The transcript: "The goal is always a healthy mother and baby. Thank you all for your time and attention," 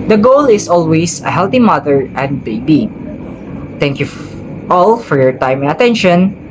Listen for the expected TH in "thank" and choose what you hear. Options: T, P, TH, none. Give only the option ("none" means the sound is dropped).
T